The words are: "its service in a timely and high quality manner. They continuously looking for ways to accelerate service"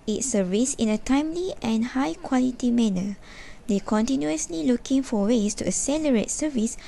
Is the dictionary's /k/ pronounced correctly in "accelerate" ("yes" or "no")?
no